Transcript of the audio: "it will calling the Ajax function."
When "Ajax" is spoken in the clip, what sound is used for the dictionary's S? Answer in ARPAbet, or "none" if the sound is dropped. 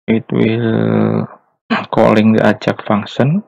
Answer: none